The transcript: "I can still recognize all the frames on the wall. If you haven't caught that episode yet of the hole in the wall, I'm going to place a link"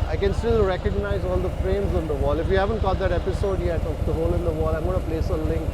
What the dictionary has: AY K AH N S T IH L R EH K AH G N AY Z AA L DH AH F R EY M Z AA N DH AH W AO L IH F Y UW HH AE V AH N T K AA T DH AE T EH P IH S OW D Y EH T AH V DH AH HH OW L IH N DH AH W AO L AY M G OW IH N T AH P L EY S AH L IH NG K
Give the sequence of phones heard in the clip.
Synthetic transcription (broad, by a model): AY K AH N S T IH L R EH K AH G N AY Z AA L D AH F R EY M Z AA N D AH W AO L IH F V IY HH AE V AH N T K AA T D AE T EH P IH S OW D Y EH T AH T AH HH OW L IH N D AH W AO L AY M G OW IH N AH P L EY S AH L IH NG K